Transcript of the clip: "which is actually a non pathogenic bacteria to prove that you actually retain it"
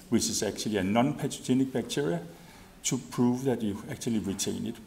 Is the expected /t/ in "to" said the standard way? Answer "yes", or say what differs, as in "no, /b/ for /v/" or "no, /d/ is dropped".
no, /s/ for /t/